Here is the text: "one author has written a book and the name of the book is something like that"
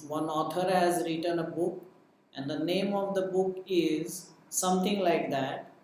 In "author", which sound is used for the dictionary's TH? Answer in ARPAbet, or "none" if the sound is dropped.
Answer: T